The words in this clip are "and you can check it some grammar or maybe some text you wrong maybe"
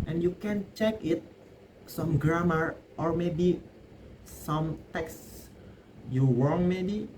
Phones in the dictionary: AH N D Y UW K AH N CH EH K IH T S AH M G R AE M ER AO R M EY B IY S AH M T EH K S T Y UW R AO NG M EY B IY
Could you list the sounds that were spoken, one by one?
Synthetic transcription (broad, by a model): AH N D Y UW K AH N CH EH K IH T S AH M G R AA M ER AO R M EY B IY S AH M T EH K S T Y UW W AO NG M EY B IY